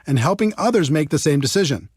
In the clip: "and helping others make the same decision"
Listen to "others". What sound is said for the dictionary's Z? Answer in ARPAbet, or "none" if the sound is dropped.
Z